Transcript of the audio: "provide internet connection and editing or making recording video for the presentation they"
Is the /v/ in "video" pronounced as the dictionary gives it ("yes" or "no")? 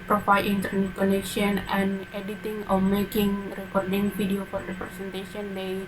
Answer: no